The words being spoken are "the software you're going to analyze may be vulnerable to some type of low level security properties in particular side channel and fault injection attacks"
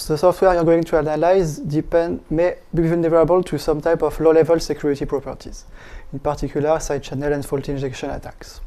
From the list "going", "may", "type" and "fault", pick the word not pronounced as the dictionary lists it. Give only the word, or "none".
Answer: none